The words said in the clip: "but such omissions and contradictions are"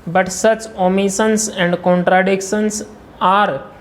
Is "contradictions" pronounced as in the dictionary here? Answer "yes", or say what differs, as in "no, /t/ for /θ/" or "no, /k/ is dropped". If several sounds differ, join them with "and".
no, /s/ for /z/